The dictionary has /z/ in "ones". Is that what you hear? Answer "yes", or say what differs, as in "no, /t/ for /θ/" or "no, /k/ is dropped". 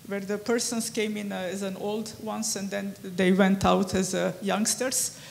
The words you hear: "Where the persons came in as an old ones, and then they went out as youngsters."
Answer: no, /s/ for /z/